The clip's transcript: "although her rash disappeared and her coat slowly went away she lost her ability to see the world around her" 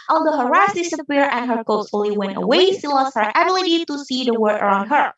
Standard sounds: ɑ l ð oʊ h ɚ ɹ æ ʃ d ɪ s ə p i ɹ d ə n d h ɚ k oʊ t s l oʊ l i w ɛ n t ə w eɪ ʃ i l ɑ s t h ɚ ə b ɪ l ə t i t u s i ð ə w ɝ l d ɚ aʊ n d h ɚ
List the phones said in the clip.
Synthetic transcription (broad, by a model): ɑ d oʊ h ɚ ɹ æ s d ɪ s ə p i ɹ ə n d h ɚ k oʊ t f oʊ l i w ɛ n t ə w eɪ s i l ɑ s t h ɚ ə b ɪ l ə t i t u s i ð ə w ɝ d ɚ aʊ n d h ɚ